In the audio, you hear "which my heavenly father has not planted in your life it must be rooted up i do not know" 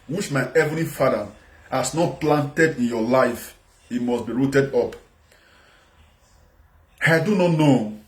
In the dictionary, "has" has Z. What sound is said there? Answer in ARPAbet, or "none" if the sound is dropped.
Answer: S